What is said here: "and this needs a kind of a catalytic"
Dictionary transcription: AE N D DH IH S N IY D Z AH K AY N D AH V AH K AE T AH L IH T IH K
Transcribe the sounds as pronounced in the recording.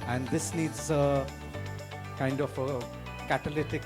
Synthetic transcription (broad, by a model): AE N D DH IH S N IY D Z AH K AY N D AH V AH K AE T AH L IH T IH K